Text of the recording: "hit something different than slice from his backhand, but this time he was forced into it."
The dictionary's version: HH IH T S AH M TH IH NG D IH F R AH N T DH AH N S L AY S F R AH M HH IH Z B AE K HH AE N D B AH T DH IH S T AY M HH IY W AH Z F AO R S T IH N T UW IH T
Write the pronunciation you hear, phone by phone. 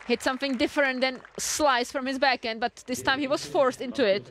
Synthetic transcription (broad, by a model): HH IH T S AH M TH IH NG D IH F R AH N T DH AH N S L AY S F R AH M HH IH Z B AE K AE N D B AH T DH IH S T AY M HH IY W AH Z F AO R S T IH N T UW IH T